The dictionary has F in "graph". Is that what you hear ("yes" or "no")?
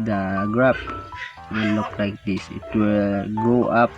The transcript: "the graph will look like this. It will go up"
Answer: no